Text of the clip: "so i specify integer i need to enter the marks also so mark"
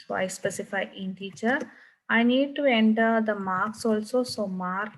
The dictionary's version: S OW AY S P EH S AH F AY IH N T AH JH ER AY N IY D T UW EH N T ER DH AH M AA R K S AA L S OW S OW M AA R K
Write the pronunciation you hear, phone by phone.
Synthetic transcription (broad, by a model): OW AY S P EH S AH F AY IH N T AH CH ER AY N IY D T UW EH N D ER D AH M AA R K S AA L S OW S OW M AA R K